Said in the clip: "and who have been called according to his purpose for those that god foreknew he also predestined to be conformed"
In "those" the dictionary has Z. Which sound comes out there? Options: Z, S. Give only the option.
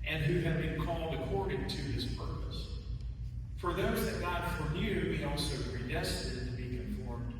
Z